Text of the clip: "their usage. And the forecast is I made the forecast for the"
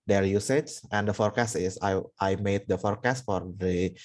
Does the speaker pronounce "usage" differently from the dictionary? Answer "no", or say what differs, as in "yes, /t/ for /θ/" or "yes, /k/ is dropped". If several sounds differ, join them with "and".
yes, /tʃ/ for /dʒ/